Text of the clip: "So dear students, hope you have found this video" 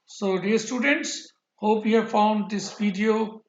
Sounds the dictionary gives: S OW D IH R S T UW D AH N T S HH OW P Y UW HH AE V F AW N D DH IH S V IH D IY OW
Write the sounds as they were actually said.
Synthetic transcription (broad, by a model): S OW D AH R S T UW D AH N T S HH OW P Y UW HH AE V F AW N D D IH S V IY D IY OW